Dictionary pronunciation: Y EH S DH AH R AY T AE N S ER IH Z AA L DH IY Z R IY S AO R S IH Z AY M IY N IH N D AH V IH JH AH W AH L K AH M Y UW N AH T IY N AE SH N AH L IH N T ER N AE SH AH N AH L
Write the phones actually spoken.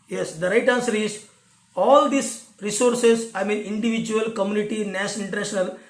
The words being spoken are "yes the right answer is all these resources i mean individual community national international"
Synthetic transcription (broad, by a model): Y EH S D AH R AY T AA N S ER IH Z AA L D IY S R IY S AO R S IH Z AY M IY N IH N D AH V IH JH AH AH L K AH M Y UW N AH T IY N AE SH AH N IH N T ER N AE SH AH N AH L